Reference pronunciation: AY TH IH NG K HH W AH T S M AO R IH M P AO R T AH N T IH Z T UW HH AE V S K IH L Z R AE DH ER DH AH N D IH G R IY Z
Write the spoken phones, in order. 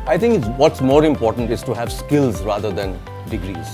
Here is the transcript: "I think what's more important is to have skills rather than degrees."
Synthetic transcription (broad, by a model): AY T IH NG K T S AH T S M AO R IH M P AO R T AH N T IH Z T UW HH AE V S K IH L Z R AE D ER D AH N D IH G R IY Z